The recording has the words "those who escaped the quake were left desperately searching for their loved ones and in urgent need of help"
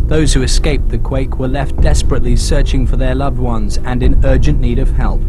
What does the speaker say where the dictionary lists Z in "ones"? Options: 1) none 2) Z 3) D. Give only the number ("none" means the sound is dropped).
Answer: 2